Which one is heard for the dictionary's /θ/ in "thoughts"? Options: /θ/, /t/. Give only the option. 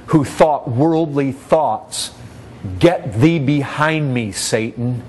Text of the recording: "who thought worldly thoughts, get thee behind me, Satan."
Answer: /θ/